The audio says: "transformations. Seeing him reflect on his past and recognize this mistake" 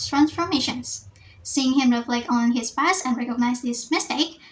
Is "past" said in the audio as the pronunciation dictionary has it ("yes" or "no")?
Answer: no